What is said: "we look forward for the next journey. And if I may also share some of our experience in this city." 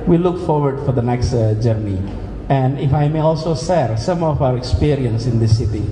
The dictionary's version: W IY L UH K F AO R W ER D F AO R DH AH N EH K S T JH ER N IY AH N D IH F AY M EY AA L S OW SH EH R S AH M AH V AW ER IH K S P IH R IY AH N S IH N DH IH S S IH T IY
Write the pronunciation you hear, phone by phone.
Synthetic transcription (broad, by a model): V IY L UH K F AO R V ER D F AO R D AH N EH K S T JH ER N IY AH N D IH F AY M EY AA L S OW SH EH R S AH M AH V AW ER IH K S P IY R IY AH N S IH N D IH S S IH T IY